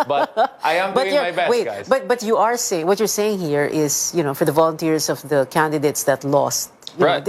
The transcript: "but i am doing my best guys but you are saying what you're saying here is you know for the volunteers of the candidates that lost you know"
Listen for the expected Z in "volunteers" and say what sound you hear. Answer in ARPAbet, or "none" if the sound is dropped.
S